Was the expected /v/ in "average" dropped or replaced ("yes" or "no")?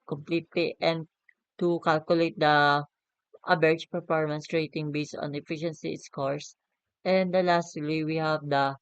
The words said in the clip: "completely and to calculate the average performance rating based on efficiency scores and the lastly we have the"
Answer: yes